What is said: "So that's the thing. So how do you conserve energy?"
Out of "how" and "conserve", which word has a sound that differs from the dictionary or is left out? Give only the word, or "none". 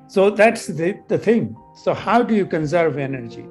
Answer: none